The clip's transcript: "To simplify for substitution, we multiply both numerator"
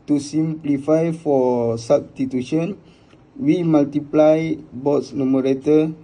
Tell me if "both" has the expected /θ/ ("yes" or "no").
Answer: no